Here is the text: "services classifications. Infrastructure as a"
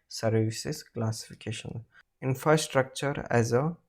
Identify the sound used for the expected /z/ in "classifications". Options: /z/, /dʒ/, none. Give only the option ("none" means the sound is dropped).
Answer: none